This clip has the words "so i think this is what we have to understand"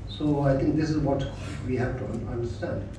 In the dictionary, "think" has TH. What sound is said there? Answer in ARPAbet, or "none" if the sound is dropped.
T